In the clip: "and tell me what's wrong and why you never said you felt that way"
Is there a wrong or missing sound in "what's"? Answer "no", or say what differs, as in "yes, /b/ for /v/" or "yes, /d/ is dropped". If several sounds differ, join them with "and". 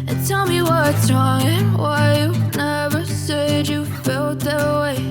yes, /s/ is dropped